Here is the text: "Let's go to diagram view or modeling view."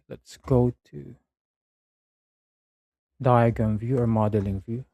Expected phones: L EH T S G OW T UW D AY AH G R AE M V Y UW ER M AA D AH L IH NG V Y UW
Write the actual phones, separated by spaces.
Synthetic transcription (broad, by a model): L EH T S G OW T UW D AY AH G AH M V Y UW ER M AA D AH L IH NG V Y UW